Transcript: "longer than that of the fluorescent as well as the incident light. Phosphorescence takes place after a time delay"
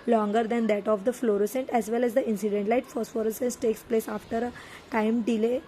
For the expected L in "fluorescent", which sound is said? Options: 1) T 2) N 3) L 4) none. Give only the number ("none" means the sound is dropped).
3